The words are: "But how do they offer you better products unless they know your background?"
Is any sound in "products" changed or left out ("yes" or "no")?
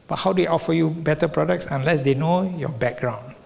no